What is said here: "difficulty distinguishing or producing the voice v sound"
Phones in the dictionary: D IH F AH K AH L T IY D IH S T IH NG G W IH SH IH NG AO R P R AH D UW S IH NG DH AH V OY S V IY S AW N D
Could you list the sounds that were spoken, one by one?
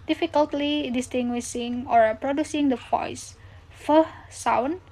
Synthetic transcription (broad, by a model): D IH F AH K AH L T IY D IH S T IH NG G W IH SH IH NG AO R P R AH D UW S IH NG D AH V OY S F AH S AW N